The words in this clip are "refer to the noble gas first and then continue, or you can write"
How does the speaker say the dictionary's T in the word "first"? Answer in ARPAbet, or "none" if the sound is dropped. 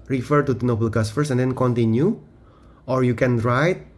none